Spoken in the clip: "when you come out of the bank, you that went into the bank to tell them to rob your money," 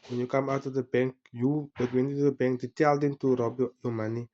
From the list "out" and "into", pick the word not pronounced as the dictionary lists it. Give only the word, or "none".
into